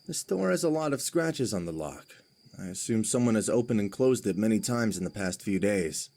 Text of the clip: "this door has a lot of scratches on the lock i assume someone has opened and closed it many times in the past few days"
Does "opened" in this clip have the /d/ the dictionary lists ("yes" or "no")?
no